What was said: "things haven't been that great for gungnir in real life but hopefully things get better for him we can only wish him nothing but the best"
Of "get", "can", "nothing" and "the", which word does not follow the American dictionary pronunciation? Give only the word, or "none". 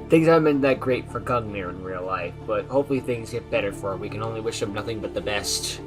none